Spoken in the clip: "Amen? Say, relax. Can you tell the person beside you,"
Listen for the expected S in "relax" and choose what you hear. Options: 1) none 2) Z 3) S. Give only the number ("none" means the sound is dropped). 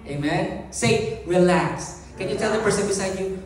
3